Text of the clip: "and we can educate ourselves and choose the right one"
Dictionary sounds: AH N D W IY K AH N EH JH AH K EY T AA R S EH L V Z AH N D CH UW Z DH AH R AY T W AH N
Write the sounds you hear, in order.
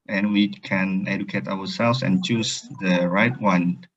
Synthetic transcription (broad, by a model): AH N W IY K AH N EH JH AH K EY T AA W S EH L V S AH N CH UW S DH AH R AY T W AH N